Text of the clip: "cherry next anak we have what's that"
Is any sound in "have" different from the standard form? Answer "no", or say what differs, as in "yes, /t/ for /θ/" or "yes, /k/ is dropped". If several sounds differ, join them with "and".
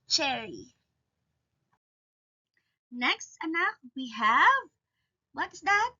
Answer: no